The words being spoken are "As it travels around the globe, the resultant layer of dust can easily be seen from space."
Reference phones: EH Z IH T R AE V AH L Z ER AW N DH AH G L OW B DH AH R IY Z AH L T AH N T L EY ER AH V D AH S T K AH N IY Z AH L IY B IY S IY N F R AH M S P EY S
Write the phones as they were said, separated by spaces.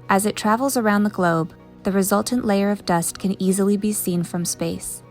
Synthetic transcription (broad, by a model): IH Z IH T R AE V L Z ER AW N DH AH G L OW B DH AH R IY Z AH L T N T L EY ER AH V D AH S K AH N IY Z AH L IY B IY S IY N F R AH M S P EY S